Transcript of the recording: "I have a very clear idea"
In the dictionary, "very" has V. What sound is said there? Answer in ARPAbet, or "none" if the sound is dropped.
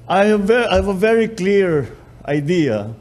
V